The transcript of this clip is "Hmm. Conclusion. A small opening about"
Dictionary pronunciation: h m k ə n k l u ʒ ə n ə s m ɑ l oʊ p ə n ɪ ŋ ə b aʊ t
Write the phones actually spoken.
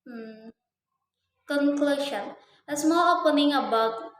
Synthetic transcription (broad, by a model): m k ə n k l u ʃ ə n ə s m ɑ l oʊ p ə n ɪ ŋ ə b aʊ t